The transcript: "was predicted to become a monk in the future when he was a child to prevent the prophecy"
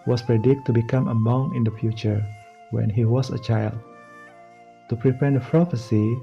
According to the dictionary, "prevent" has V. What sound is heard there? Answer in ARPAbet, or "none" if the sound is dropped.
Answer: P